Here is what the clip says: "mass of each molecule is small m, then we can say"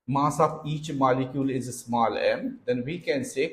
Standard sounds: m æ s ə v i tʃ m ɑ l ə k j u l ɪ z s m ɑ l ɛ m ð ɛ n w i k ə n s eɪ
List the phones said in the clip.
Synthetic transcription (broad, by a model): m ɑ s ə b i tʃ m ɑ l ə k j u l ɪ z s m ɑ l ɛ m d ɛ n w i k ə n s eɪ